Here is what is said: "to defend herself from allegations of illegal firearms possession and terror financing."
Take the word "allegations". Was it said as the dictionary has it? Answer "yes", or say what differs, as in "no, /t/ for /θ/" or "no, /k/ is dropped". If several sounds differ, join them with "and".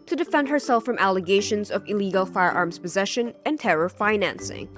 yes